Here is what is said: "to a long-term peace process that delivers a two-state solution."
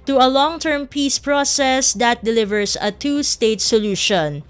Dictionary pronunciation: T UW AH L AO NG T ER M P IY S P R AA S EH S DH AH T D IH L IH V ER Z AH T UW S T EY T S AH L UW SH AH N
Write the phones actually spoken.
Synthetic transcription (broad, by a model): T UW AH L AO NG T ER M P IY S P R AA S EH S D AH T D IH L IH V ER S AH T UW S T EY T S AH L UW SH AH N